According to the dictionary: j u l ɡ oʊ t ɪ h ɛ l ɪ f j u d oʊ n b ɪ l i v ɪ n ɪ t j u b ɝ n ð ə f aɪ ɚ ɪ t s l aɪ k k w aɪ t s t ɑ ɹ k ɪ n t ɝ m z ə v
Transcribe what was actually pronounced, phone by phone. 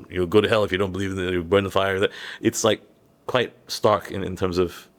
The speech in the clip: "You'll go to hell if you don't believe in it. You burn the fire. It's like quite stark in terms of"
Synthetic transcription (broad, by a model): j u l ɡ oʊ t ɪ h ɛ l ɪ f j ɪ d oʊ n b ɪ l i v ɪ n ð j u b ɝ n ð ə f aɪ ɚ ɪ t s l aɪ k k w aɪ t s t ɑ ɹ k ɪ n t ɝ m z ə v